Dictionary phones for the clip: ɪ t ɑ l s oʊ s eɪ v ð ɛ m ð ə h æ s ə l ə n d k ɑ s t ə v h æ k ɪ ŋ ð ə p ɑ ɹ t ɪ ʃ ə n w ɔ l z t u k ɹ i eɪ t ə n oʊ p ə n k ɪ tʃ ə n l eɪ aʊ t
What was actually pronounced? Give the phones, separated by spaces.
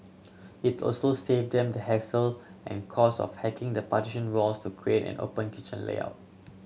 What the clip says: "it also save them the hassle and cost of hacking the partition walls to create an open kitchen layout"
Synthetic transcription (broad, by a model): ɪ t ɑ l s oʊ s eɪ v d ɛ m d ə h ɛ s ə l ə n k ɑ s ə f h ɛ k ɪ ŋ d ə p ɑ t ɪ ʃ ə n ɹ ɔ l s t u k ɹ i eɪ t ə n oʊ p ə n k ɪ tʃ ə n l eɪ aʊ t